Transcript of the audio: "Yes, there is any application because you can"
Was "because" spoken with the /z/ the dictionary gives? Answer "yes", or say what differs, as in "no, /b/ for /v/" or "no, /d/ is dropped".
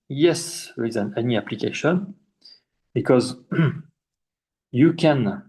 yes